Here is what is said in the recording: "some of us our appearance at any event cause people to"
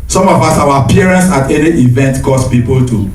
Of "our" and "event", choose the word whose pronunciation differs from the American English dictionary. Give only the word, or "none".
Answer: our